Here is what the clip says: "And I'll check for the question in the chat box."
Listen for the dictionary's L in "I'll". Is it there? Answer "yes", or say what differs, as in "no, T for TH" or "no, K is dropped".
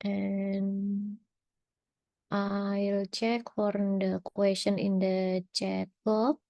yes